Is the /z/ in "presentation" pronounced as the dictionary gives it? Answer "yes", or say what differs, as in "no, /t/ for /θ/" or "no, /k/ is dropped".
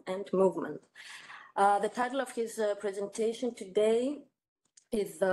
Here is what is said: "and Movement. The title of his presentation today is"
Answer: yes